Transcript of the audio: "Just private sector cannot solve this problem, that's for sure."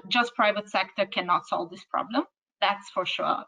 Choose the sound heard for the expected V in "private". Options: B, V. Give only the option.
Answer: V